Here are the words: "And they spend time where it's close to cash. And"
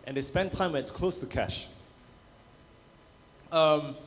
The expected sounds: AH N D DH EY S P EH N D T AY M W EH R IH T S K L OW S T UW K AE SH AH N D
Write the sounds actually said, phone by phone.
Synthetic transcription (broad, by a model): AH N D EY S P EH N T AY M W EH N IH T S K L OW S T UW K AE SH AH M